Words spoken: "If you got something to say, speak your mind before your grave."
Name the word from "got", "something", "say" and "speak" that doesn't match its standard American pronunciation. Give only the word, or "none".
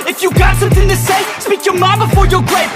none